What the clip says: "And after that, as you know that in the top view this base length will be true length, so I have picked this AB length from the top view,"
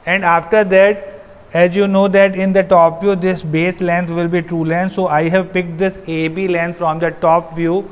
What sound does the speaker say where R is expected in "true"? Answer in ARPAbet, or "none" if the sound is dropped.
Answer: R